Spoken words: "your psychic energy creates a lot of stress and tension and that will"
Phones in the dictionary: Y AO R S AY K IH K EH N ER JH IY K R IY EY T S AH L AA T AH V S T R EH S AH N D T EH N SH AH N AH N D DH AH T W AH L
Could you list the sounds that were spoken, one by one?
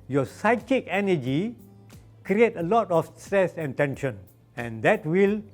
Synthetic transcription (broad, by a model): Y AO S AY K IH K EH N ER JH IY K R IY EY T AH L AA T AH F S T R EH S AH N T EH N SH AH N AH N D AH T W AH L